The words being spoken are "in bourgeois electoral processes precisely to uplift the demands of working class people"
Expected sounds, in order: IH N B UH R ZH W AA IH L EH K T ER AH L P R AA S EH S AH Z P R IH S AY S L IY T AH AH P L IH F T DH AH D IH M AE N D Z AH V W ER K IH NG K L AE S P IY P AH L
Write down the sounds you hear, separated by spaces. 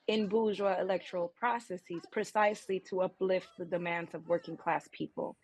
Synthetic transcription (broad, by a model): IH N B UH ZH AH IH L EH K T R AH L P R AA S EH S AH Z P R IH S AY S L IY T AH AH P L IH F T DH AH D IH M AE N D Z AH V W ER K IH NG K L AE S P IY P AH L